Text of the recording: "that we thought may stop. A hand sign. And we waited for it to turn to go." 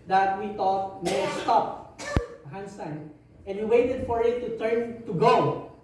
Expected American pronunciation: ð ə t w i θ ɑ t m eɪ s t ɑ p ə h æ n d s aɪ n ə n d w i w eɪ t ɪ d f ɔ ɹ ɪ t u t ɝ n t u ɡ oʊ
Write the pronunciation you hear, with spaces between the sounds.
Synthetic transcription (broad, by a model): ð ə t w i t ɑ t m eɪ s t ɑ p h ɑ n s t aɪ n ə n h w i w eɪ t ɪ d f ɔ ɹ ɪ t u t ɝ n t u ɡ oʊ